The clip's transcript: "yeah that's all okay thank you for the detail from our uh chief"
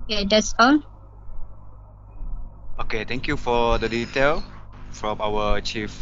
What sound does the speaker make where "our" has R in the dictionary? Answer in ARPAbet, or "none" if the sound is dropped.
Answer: W